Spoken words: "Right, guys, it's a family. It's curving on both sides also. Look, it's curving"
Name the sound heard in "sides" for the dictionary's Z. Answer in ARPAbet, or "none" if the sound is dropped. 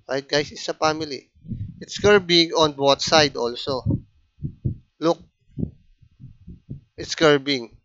none